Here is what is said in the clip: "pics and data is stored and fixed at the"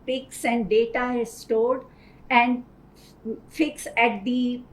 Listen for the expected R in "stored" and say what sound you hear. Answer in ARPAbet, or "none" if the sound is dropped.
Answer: L